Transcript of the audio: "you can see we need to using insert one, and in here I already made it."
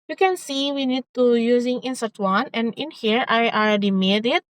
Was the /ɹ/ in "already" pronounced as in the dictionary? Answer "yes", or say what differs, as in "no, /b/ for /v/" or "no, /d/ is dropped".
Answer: no, /l/ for /ɹ/